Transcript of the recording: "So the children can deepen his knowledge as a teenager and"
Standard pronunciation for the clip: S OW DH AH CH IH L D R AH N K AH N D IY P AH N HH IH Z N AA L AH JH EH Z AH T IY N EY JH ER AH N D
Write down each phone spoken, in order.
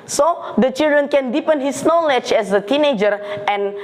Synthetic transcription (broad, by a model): S OW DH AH CH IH L D R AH N K AH N D IY P AH N HH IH S N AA L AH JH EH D AH T IY N EY JH ER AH N